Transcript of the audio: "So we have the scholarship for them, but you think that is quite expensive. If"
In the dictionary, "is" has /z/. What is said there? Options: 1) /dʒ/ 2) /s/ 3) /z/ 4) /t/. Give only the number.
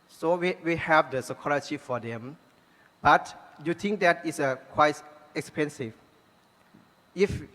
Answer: 2